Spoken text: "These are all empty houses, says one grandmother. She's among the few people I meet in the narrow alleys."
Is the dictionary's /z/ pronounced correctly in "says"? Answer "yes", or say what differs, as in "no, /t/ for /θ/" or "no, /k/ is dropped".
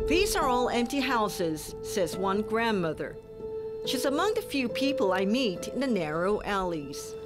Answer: yes